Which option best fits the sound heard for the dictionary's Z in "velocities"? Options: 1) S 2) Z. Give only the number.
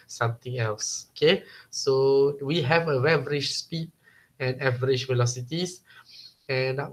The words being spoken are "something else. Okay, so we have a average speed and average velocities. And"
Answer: 1